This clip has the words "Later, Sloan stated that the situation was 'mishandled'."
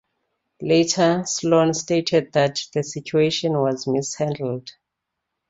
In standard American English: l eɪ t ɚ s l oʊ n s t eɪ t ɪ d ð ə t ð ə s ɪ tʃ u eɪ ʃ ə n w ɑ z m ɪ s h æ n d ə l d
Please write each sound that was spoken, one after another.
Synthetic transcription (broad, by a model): l eɪ t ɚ s l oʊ n s t eɪ t ɪ d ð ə t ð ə s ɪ tʃ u eɪ ʃ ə n w ɑ z m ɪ s h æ n d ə l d